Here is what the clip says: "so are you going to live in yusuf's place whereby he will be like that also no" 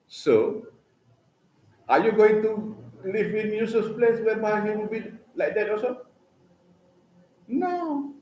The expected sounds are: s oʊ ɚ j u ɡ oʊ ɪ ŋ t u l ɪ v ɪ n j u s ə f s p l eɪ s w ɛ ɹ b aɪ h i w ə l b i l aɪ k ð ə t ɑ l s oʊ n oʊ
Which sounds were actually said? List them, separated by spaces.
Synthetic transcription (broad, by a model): s oʊ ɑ j u ɡ oʊ ɪ ŋ t u l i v ɪ n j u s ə s p l eɪ s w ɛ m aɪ h i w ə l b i l aɪ k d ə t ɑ s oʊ n oʊ